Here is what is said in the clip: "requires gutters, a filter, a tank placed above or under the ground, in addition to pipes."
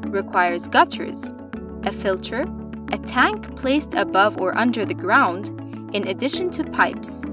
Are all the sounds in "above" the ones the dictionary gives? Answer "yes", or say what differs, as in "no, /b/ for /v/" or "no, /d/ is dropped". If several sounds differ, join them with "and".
yes